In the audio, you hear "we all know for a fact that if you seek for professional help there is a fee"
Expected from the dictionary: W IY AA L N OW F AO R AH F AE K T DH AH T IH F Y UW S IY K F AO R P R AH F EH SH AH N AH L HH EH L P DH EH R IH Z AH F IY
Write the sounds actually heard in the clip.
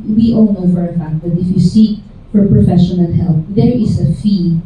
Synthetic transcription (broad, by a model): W IY AA L N OW F AO R AH F AE K T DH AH T IH F Y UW S IY K F AO R P R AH F EH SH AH N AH N HH EH L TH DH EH R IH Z AH F IY